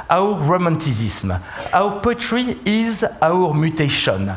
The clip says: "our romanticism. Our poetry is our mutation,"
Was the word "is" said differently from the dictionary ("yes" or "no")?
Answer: no